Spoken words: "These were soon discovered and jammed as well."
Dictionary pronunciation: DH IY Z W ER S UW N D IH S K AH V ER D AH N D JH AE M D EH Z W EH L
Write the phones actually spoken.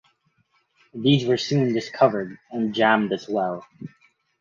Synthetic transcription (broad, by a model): DH IY Z W ER S UW N D IH S K AH V ER D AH N JH AE M D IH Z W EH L